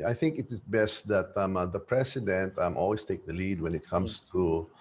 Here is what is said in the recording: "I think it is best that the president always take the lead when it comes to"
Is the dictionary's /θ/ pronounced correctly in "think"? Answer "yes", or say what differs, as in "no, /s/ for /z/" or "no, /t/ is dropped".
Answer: yes